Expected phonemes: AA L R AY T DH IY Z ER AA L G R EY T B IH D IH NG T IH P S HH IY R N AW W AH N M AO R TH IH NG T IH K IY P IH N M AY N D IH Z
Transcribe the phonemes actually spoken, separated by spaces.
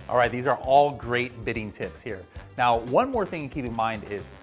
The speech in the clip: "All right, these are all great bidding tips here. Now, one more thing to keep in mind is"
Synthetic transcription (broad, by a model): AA L R AY T DH IY Z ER AA L G R EY T B IH D IH NG T IH P S HH IY R N AW W AH N M AO R TH IH NG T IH K IY P IH N M AY N D IH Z